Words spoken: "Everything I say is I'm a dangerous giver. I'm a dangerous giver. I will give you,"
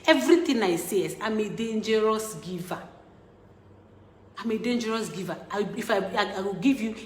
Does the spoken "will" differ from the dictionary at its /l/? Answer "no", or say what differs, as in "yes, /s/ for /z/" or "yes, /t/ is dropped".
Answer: yes, /w/ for /l/